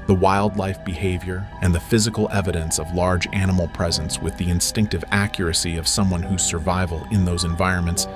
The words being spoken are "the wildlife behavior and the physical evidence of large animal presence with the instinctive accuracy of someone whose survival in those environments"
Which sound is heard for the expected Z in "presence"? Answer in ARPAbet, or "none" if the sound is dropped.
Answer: Z